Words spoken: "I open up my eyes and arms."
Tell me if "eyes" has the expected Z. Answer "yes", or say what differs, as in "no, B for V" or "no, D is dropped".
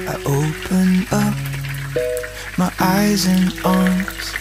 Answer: yes